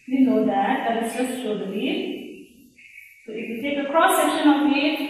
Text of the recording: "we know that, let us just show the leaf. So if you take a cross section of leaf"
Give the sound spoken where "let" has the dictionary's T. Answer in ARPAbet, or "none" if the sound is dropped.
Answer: none